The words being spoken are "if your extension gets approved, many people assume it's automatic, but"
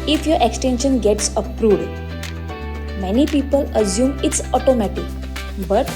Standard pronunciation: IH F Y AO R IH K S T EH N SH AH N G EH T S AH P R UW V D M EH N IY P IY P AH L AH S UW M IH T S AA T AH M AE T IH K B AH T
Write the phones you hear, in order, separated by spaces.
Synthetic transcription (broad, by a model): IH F Y AO R IH K S T EH N SH AH N G EH T S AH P R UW D M EH N IY P IY P AH L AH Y UW M IH T S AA T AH M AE T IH K B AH T